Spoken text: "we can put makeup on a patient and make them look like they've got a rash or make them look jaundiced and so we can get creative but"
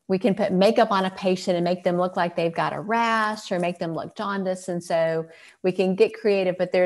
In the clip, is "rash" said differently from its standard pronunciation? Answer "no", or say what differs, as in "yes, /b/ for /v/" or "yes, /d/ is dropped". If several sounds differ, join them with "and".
yes, /s/ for /ʃ/